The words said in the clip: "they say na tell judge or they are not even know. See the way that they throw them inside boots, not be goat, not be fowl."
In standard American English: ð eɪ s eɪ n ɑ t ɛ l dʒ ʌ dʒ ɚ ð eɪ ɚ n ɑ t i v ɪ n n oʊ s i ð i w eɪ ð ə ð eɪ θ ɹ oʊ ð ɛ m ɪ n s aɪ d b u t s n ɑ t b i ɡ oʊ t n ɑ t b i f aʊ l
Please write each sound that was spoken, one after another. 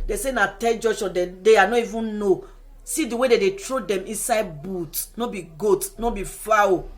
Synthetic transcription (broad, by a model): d eɪ s eɪ n ɑ t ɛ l dʒ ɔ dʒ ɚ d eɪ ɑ n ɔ i v ɪ n n oʊ s i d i w eɪ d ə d eɪ t ɹ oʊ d ɛ m ɪ n s aɪ d b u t n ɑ b i ɡ oʊ t n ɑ b i f aʊ